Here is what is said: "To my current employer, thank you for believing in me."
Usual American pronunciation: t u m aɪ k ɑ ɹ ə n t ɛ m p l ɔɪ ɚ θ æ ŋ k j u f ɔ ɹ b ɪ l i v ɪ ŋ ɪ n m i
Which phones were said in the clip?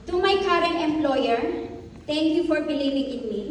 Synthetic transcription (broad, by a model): t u m aɪ k ɑ ɹ ə n t ɛ m p l ɔɪ ɚ t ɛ ŋ k j u f ɔ ɹ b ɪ l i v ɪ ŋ ɪ n m i